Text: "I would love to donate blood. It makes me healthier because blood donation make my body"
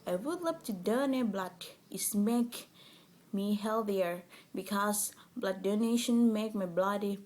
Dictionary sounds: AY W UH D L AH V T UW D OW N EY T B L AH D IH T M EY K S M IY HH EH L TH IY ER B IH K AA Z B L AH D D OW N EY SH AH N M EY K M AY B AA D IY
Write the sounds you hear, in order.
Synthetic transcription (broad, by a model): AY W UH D L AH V T UW D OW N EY B L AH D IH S M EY K M IY HH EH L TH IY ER B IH K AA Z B L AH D D OW N EY SH AH N M EY K M AY B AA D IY